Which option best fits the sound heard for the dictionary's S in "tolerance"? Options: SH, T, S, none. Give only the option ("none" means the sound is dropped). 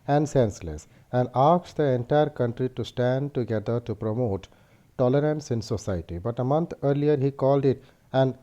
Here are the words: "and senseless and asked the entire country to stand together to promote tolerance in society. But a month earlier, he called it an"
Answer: S